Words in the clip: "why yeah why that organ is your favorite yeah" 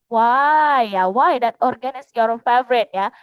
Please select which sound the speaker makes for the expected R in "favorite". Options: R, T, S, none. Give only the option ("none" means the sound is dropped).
R